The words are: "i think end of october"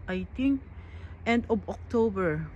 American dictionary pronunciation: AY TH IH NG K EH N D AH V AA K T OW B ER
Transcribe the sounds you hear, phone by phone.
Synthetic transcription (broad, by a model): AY T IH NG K EH N D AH B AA K T OW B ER